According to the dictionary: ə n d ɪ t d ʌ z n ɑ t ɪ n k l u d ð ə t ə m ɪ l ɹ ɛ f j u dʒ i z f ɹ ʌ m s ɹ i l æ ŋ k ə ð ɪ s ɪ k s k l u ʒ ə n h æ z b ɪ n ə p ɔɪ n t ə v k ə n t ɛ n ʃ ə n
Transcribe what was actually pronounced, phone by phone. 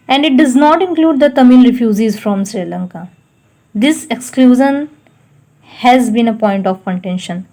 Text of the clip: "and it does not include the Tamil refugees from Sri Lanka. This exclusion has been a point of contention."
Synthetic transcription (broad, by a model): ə n d ɪ t d ʌ z n ɑ t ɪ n k l u d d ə t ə m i l ɹ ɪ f j u z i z f ɹ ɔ m s ɹ i l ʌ ŋ k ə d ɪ s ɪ k s k l u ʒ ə n h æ z b ɪ n ə p ɔɪ n t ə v k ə n t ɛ n ʃ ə n